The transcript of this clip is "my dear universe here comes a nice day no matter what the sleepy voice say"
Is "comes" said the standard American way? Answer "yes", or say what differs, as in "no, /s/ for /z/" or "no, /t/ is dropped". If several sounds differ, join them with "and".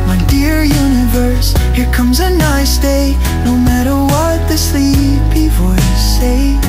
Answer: yes